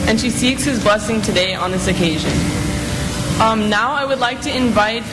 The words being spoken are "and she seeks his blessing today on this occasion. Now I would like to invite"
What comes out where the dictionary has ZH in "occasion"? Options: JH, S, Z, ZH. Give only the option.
ZH